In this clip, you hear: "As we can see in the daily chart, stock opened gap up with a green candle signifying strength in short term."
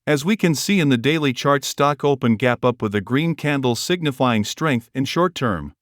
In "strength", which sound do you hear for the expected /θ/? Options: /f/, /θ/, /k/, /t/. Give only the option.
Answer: /θ/